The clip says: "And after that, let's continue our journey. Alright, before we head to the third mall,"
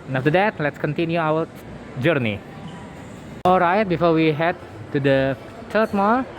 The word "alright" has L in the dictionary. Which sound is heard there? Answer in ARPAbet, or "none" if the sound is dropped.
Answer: L